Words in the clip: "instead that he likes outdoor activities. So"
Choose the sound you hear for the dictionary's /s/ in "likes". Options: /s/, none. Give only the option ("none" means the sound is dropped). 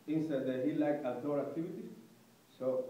none